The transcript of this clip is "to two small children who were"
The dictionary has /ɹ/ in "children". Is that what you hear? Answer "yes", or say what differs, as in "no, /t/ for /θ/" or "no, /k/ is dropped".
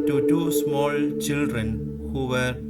yes